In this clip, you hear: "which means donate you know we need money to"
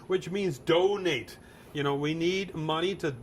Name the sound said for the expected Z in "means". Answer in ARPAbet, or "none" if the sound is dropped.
Z